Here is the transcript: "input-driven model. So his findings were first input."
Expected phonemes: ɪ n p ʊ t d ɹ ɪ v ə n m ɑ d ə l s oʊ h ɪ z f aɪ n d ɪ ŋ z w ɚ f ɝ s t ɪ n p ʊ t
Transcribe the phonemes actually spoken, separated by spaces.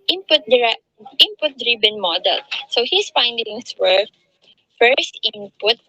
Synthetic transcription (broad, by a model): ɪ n p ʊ t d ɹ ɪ p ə n m ɑ d ə l s oʊ h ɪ s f aɪ n d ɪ ŋ s w ɚ f ɝ s t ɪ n p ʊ t